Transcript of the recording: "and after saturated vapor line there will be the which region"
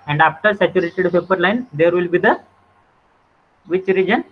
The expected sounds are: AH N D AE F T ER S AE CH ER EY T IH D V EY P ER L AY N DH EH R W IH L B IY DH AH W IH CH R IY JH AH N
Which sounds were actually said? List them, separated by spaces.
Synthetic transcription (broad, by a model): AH N D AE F T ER S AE CH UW EY T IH D P EY P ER L AY N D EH R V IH L B IY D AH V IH CH R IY JH AH N